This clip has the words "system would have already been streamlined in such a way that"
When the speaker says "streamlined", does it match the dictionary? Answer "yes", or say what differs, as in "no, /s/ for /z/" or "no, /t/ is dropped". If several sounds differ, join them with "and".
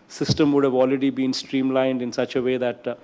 yes